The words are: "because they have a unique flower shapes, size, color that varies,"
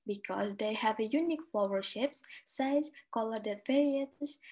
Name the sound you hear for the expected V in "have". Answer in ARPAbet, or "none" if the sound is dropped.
V